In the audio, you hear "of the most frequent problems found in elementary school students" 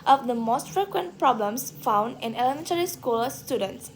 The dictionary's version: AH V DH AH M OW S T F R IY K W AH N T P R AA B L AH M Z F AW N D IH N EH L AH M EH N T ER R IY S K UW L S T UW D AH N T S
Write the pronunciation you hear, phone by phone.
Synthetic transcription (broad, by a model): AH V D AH M OW S T F R IY K W AH N T P R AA B L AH M S F AW N D IH N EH L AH M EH N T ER R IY S K UW L S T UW D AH N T S